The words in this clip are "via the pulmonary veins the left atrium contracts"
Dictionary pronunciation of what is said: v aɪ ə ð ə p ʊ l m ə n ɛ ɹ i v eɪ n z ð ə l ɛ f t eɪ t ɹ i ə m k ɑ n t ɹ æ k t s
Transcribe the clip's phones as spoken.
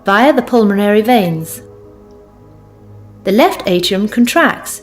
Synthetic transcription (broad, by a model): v aɪ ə ð ə p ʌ l m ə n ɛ ɹ i v eɪ n z ð ə l ɛ f t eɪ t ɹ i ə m k n t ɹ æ k t s